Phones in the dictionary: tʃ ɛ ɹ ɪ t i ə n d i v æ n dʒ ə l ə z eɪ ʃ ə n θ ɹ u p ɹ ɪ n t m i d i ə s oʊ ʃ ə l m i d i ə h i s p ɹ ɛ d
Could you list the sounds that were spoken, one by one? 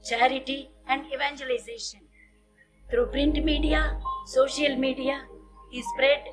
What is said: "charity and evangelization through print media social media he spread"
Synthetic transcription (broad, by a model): tʃ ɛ ɹ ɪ t i ə n d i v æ n dʒ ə l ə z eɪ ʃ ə n t ɹ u p ɹ ɪ n t m i d i ə s oʊ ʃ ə l m i d i ə h i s p ɹ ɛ d